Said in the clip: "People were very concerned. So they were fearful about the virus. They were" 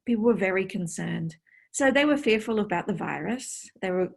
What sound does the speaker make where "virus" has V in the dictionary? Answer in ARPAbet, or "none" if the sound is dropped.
V